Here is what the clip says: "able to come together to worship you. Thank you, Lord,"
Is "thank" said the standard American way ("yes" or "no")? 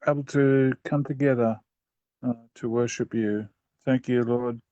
yes